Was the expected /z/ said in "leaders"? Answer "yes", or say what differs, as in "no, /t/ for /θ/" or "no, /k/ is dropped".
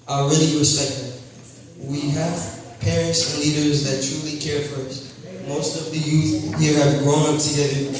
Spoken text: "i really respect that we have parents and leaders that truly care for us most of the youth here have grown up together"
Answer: yes